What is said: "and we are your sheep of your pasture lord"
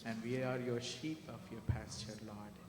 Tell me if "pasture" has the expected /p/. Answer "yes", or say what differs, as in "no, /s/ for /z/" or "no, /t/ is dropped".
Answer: yes